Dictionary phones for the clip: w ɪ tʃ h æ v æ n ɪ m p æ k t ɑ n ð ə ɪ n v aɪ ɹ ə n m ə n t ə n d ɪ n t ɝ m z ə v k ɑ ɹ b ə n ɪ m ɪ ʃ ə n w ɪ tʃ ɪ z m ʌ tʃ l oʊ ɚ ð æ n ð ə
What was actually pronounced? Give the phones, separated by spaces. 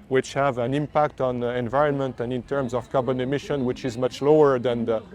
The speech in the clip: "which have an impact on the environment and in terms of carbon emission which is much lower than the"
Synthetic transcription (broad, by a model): w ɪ tʃ h æ v æ n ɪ m p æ k t ɑ n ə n v aɪ ɹ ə n m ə n t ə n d ɪ n t ɝ m z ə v k ɑ ɹ b ə n ɪ m ɪ ʃ ə n w ɪ tʃ ɪ z m ʌ tʃ l oʊ ɚ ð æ n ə